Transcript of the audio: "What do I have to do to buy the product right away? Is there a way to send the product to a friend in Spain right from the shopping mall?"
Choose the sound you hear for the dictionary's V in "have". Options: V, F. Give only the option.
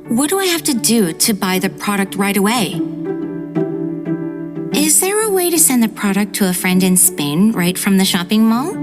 F